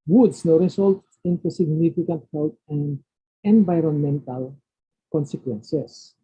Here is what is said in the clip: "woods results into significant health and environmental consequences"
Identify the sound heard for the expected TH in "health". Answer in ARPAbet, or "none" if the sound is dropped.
T